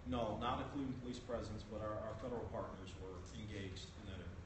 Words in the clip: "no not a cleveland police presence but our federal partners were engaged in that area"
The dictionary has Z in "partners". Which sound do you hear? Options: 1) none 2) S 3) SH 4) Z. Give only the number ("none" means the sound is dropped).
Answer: 4